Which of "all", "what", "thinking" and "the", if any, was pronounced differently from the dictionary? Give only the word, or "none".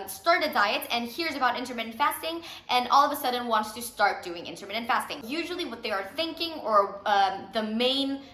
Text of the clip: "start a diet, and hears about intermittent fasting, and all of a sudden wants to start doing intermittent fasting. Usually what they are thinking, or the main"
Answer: none